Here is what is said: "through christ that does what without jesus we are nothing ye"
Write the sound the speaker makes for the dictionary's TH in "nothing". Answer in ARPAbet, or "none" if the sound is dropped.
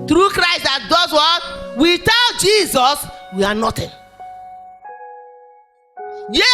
T